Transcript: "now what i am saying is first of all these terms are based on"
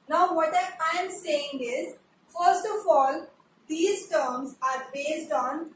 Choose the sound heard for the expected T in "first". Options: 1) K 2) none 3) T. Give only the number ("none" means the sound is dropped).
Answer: 3